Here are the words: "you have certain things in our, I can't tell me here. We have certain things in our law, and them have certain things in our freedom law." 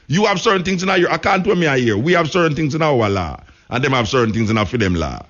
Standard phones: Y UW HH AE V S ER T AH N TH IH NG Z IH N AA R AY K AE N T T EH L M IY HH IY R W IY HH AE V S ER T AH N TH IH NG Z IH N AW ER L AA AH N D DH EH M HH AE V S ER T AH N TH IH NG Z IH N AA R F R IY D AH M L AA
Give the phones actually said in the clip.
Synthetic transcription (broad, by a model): Y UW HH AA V S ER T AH N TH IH NG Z IH N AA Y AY K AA N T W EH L M IY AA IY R W IY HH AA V S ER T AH N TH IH NG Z IH N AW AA L AA AH N D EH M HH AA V S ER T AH N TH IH NG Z IH N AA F IY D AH M L AA